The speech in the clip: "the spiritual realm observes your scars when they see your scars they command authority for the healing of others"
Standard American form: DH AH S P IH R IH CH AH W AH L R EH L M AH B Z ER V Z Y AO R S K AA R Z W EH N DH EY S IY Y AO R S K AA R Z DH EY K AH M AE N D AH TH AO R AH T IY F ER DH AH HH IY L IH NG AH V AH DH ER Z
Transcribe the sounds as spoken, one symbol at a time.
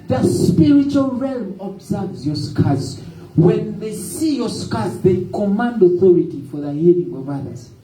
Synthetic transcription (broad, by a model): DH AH S P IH R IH CH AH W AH L R EH L M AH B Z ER V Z Y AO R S K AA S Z W EH N DH EY S IY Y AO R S K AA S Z DH EY K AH M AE N D AH TH AO R AH T IY F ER DH AH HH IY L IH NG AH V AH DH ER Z